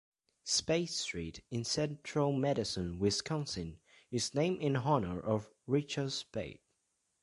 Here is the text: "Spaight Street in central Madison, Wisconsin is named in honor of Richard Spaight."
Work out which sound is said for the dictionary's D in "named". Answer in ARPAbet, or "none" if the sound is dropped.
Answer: none